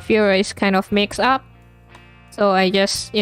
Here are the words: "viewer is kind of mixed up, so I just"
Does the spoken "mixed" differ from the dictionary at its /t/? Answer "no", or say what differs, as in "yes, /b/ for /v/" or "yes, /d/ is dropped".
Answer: yes, /t/ is dropped